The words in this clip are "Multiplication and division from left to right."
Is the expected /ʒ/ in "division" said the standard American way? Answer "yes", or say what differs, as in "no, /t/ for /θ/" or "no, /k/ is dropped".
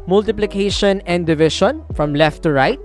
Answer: no, /ʃ/ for /ʒ/